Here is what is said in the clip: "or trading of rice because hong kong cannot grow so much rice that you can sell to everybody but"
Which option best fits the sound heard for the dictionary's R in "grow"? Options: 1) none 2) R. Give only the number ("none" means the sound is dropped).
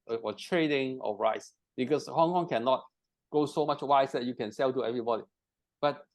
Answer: 1